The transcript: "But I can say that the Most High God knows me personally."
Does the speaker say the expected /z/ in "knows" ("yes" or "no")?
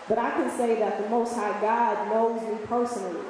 yes